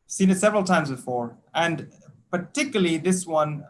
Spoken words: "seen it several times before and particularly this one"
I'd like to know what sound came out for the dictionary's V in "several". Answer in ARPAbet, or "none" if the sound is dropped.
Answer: V